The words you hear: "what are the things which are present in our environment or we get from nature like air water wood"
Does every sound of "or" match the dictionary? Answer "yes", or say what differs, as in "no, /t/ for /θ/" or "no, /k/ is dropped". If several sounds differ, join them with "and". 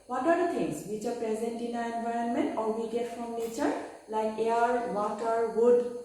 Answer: no, /l/ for /ɹ/